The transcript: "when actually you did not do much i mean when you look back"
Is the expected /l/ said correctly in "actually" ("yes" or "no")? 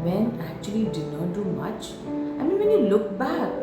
no